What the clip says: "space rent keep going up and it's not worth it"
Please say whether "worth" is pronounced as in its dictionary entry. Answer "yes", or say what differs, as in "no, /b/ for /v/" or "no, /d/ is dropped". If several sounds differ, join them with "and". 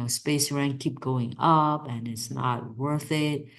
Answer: yes